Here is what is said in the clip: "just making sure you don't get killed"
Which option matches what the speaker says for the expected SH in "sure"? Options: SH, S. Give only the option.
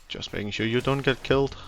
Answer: SH